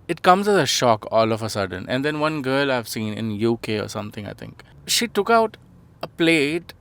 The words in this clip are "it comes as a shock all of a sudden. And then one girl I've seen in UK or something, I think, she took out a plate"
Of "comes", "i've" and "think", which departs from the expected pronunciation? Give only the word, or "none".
think